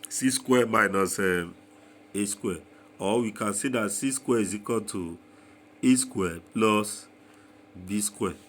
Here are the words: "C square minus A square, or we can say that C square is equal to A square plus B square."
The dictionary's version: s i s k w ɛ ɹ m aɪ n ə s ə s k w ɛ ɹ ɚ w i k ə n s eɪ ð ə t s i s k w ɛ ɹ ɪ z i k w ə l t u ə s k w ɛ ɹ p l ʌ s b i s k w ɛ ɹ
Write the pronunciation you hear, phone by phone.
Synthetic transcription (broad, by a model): s i s k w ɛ m aɪ n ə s ə s k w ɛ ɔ w i k ə n s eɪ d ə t s i s k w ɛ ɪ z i k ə n t u ə s k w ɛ p l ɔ s b i s k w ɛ